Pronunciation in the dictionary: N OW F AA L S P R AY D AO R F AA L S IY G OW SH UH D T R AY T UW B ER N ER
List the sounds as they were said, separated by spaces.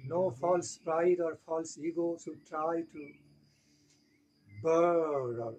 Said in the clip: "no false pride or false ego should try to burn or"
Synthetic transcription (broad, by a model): N OW F AA L S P R AY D AO R F AA L S IY G OW S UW T R AY T UW B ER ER